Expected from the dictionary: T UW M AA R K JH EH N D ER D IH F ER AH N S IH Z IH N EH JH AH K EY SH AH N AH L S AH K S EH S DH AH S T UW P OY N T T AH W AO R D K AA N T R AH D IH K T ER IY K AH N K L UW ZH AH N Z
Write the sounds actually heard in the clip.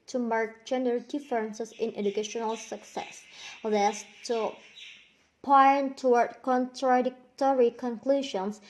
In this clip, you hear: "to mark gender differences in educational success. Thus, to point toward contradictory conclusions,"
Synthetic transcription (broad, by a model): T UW M AA R K JH EH N D ER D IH F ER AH N S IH S IH N EH JH AH K EY SH AH N AH L S AH K S EH S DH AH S T UW P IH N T T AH W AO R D K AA N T R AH D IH K T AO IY K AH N K L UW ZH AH N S